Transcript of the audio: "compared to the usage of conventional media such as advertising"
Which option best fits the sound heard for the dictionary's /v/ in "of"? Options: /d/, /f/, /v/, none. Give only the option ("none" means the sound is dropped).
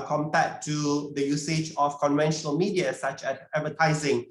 /f/